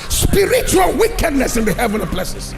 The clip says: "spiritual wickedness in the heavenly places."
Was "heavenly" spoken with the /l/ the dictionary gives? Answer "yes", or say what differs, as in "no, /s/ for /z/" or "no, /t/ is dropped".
no, /l/ is dropped